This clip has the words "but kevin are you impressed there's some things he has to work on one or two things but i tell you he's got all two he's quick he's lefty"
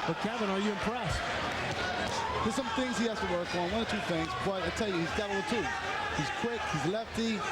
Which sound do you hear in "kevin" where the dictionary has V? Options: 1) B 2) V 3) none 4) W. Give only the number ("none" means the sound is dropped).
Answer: 1